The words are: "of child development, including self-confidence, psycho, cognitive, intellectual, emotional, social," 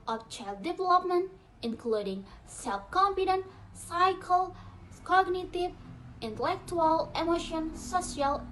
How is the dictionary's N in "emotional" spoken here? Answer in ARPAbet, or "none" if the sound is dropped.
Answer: none